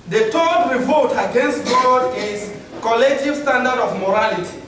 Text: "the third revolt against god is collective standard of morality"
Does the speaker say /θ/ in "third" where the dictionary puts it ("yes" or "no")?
no